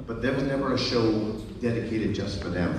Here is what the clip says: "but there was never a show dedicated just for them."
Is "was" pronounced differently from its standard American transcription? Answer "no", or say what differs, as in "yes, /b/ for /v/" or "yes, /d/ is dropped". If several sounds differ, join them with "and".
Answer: no